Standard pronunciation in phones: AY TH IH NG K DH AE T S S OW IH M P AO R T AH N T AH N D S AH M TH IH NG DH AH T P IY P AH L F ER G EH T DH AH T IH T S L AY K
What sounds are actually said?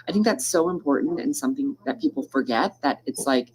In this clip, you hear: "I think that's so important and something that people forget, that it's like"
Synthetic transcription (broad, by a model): AY TH IH NG K DH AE T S S OW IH M P AO R T N T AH N S AH M TH IH NG DH AH T P IY P L F ER G EH T DH AH T IH T S L AY K